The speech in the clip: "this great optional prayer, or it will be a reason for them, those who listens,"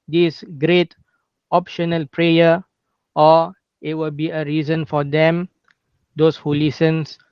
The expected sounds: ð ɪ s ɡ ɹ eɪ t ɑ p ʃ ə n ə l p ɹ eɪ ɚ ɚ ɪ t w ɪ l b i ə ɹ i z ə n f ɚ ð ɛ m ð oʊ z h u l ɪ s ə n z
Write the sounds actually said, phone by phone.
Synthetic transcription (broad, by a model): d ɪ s ɡ ɹ eɪ t ɑ p ʃ ə n ə l p ɹ eɪ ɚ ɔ ɪ t w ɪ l b i ə ɹ i z ə n f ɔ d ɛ m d oʊ s h u l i s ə n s